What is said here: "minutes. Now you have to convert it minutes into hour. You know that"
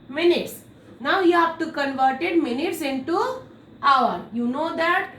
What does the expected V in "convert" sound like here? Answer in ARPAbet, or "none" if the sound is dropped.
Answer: V